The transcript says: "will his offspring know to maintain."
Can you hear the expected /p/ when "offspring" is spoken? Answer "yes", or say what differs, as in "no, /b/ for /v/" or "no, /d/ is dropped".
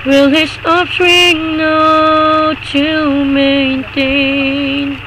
no, /p/ is dropped